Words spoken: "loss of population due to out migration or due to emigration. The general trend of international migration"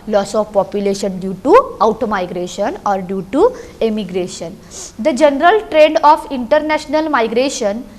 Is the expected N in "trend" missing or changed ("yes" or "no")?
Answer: yes